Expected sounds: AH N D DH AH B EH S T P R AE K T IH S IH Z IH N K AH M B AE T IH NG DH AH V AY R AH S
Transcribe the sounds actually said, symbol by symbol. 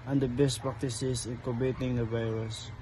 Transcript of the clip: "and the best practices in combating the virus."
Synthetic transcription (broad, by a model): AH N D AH B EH S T P R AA K T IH S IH S IH N K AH B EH T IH NG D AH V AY R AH S